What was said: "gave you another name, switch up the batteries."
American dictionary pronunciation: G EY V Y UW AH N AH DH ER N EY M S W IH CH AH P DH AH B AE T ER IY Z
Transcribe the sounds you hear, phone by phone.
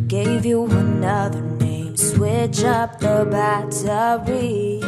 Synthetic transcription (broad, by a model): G EY V Y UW AH N AH DH ER N EY M S W IH CH AH P DH AH B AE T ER IY